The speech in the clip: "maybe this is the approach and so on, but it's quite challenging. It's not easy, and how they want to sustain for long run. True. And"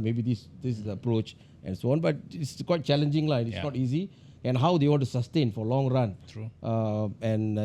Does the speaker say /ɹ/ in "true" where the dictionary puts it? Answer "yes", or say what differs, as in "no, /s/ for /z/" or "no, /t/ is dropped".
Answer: no, /ɹ/ is dropped